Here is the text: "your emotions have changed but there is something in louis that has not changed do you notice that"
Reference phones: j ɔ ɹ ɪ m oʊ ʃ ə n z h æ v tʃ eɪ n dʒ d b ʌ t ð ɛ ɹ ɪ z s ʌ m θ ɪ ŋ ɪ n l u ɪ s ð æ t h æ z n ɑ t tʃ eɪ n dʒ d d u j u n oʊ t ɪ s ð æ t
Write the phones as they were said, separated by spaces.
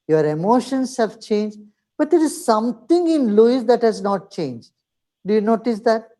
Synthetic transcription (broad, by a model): j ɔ ɹ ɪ m oʊ ʃ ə n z h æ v tʃ eɪ n dʒ d b ʌ t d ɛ ɹ ɪ z s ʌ m t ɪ ŋ ɪ n l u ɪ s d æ t h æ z n ɑ t tʃ eɪ n dʒ d d u j u n oʊ t ɪ s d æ t